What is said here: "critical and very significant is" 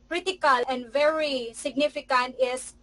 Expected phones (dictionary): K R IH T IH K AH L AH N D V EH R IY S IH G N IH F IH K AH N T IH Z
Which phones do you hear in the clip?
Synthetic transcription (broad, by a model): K R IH T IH K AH L AH N D V EH R IY S IH G N IH F IH K AH N T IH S